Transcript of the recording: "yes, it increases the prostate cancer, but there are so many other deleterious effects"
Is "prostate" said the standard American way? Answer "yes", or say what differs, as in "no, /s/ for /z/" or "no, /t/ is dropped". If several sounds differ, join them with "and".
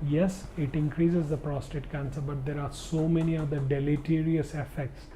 yes